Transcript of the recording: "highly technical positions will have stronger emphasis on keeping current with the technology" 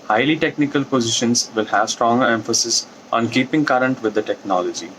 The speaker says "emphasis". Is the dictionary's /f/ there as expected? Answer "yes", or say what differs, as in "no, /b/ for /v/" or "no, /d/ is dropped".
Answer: yes